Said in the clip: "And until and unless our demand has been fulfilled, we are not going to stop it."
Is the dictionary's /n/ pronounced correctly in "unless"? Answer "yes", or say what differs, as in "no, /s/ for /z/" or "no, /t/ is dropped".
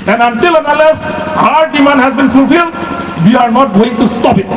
no, /n/ is dropped